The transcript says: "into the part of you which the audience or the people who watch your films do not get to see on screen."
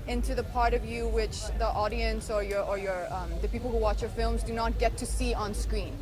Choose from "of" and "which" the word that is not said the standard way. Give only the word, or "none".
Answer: none